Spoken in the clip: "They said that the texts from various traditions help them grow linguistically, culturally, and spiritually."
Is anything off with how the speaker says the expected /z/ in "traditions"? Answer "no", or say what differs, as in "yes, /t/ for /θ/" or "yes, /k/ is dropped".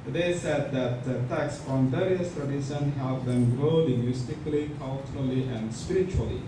yes, /z/ is dropped